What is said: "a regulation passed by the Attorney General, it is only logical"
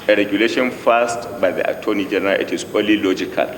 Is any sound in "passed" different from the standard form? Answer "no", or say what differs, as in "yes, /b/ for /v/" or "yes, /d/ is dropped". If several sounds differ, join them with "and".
yes, /f/ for /p/